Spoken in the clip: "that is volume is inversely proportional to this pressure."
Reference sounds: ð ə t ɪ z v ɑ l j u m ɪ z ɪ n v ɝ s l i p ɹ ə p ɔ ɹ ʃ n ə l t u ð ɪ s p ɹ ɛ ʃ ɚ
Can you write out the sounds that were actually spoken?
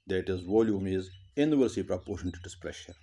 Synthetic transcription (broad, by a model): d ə t ɪ z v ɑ l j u m ɪ z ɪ n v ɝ s i p ɹ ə p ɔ ɹ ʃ ə n t u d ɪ s p ɹ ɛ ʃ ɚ